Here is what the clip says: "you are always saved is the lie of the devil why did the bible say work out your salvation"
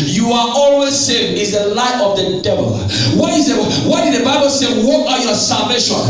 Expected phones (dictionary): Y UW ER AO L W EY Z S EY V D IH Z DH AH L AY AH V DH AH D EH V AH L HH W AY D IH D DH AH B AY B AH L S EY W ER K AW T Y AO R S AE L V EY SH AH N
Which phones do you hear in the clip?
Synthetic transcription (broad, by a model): Y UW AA AO L W EY Z S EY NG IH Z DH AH L AY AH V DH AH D EH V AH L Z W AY D IH D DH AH B AY B AH L S EY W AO AW Y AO S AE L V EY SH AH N